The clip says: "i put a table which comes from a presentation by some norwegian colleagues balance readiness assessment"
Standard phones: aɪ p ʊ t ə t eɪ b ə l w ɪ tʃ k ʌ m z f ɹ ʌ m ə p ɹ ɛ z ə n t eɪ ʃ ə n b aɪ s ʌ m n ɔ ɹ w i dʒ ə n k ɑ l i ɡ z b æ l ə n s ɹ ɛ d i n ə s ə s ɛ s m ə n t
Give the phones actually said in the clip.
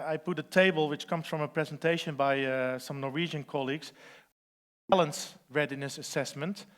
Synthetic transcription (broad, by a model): aɪ p ʊ t ə t eɪ b ə l w ɪ tʃ k ʌ m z f ɹ ʌ m ə p ɹ ɛ z ə n t eɪ ʃ ə n b aɪ s ʌ m n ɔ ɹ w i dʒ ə n k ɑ l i ɡ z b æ l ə n s ɹ ɛ d i n ə s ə s ɛ s m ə n t